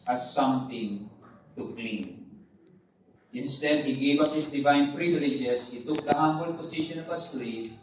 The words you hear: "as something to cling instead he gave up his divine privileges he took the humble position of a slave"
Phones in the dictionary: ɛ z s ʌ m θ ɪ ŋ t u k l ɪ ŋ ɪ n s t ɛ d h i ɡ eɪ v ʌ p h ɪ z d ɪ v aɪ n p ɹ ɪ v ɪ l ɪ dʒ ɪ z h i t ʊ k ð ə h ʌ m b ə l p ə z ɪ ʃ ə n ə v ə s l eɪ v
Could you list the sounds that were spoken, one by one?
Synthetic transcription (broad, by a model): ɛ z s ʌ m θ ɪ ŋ t u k l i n ɪ n s t ɛ d h i ɡ eɪ v ʌ p h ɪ s d ɪ v aɪ n p ɹ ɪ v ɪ l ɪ dʒ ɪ s h i t ʊ k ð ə h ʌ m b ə l p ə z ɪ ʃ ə n ə v ə s l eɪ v